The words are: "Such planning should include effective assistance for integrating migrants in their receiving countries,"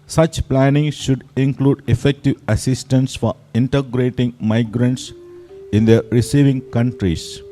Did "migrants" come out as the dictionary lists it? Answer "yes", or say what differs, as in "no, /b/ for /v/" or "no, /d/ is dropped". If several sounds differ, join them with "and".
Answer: yes